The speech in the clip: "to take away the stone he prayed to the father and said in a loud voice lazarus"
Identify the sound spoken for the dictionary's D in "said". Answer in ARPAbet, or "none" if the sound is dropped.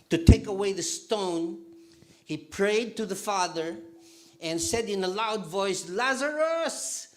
D